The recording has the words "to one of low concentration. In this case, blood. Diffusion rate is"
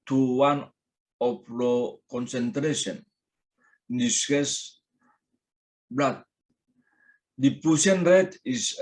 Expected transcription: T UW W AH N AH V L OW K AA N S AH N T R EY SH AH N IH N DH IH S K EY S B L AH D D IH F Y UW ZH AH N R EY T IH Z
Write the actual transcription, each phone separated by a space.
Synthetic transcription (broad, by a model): T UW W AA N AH P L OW K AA N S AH N T R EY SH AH N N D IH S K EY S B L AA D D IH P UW S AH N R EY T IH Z